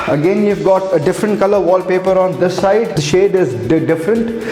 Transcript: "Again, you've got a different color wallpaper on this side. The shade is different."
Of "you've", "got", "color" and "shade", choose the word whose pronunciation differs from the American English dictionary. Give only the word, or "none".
none